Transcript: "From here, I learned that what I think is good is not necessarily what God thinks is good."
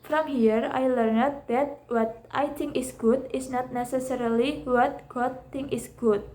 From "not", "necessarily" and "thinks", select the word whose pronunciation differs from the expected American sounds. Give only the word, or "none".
thinks